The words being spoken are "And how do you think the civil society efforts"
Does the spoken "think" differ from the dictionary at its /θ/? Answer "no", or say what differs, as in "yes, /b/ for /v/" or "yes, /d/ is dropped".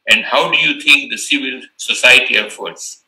yes, /t/ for /θ/